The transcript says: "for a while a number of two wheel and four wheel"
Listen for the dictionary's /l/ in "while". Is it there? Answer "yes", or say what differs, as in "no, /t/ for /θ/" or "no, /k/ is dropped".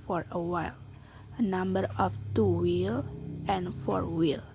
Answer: yes